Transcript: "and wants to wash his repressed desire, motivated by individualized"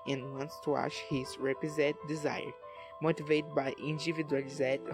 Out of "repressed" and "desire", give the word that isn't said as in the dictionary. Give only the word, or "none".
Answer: repressed